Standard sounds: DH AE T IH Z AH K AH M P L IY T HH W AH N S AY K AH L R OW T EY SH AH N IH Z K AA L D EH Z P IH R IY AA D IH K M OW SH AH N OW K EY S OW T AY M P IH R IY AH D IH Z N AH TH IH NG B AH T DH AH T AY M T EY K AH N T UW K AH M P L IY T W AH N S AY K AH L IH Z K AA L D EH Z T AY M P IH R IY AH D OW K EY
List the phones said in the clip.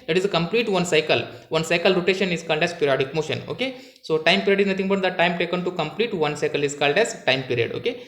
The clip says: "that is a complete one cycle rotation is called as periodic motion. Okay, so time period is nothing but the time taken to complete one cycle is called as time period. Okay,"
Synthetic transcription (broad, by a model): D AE T IH Z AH K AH M P L IY T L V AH N S AY K AH L R OW T EY SH AH N IH Z K AA L D EH Z P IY R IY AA D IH K M OW SH AH N OW K EY S OW T AY M P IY R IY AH D IH Z N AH T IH NG B AH T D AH T AY M T EY K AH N T UW K AH M P L IY T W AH N S AY K AH L IH Z K AA L D EH Z T AY M P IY R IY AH D OW K EY